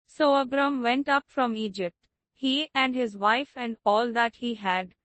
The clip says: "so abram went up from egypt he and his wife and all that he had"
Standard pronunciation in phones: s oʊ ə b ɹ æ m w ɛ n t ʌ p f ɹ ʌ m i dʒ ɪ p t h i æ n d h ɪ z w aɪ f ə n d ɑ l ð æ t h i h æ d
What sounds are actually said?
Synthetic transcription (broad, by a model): s oʊ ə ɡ ɹ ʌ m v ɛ n t ʌ p f ɹ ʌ m i dʒ ɪ p t h i æ n d h ɪ z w aɪ f ə n d ɑ l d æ t h i h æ d